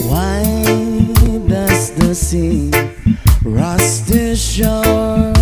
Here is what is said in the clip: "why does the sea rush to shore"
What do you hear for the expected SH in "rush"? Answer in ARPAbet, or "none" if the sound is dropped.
S